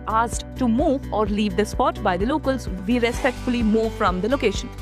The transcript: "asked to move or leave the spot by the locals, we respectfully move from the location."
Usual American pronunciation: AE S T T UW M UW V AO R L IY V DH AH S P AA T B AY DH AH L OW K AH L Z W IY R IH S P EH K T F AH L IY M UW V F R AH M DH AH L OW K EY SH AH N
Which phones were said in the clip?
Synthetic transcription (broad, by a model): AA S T T UW M UW V AO R L IY V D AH S P AA T B AY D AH L OW K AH L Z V IY R IH S P EH K T F AH L IY M UW V F R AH M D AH L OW K EY SH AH N